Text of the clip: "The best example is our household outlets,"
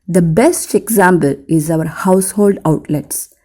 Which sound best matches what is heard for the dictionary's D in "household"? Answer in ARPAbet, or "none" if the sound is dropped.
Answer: D